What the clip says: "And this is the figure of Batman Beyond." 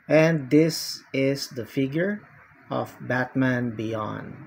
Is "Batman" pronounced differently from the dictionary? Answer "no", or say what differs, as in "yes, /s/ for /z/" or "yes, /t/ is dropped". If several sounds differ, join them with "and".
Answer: no